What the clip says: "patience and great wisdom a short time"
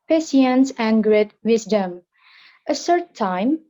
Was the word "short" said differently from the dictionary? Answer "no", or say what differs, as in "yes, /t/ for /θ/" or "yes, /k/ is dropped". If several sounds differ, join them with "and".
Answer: yes, /s/ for /ʃ/